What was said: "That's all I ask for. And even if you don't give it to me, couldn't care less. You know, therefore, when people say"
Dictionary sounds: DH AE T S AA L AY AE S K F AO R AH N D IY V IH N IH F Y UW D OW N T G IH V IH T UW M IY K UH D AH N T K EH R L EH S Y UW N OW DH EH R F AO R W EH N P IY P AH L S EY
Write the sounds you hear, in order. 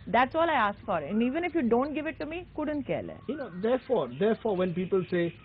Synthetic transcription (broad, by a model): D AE T S AA L AY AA S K F AO R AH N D IY V IH N IH F Y UW D OW N T G IH V IH T UW M IY K UH D AH N T K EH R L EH Y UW N OW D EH R F AO R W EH N P IY P AH L S EY